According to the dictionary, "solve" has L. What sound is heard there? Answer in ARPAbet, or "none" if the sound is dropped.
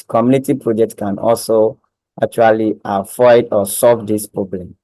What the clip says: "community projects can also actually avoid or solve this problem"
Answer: L